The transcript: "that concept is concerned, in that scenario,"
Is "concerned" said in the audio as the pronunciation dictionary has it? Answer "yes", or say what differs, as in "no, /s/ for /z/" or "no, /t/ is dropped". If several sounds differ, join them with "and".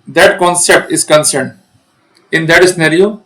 yes